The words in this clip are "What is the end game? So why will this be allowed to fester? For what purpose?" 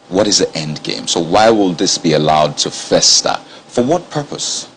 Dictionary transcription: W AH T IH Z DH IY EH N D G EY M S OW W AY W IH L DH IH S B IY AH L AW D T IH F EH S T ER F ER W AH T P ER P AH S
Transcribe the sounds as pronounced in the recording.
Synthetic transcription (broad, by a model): W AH T IH Z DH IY EH N D G EY M S OW W AY W IH L DH IH S B IY AH L AW D T IH F EH S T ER F ER W AH T P ER P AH S